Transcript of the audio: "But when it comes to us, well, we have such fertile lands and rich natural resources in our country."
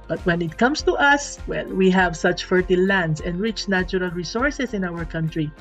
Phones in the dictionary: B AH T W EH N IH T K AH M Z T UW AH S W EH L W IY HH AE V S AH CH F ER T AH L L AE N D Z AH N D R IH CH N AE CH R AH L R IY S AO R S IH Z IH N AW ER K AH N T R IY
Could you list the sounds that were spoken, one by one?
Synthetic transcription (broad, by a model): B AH T W EH N IH T K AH M S T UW AH S W EH L W IY HH AE V S AH CH F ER T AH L L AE N D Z AH N D R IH CH N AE CH R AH L R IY S AO R S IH S IH N AW ER K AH N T R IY